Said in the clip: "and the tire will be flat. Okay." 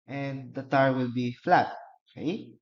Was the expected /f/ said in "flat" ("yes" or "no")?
yes